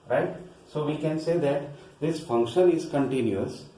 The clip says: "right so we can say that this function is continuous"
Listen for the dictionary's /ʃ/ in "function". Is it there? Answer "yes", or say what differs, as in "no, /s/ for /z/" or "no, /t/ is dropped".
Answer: yes